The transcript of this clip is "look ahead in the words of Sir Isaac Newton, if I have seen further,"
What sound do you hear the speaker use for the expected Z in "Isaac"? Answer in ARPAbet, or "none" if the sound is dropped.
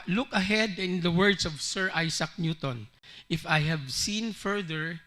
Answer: S